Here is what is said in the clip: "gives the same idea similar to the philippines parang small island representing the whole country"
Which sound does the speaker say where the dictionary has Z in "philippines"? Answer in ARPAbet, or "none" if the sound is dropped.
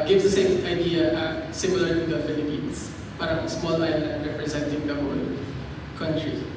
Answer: S